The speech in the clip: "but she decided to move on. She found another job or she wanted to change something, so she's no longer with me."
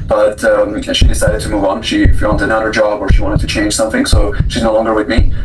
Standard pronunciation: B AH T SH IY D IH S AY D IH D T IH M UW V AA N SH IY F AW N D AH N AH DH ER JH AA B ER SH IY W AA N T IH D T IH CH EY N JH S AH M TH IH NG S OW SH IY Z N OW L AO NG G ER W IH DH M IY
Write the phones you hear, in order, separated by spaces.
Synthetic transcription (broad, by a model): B AH T SH IY D IH S AY D IH D T IH M UW V N SH IY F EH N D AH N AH ER JH AA B ER SH IY W AA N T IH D T IH CH EY N ZH S AH M TH IH NG S OW SH IY Z N OW L AO NG G ER W IH DH M IY